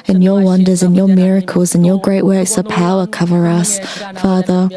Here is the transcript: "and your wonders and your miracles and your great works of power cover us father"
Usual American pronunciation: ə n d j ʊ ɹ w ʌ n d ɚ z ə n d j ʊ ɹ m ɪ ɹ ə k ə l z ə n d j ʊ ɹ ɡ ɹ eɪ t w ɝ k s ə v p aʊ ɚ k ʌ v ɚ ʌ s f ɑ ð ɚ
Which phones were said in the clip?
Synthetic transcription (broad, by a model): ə n j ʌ ɹ w ʌ n d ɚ z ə n j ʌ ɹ m ɪ ɹ ə k ə l z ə n j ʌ ɹ ɡ ɹ eɪ t w ɝ k s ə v p aʊ ɚ k ʌ v ɚ ʌ s f ɑ ð ɚ